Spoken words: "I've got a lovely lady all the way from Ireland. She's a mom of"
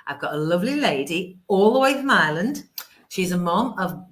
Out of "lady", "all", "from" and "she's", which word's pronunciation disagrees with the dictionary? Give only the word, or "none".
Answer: none